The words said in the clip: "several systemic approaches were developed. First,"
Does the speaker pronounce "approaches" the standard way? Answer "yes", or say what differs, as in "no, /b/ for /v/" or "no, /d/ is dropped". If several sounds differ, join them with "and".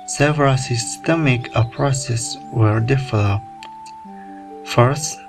no, /s/ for /tʃ/